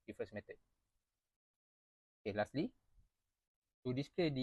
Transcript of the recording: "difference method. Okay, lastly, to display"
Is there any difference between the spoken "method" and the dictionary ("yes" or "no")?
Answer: yes